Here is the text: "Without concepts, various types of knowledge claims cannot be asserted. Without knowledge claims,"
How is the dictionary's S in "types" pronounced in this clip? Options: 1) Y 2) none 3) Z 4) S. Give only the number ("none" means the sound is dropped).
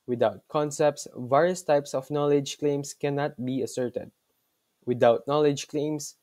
4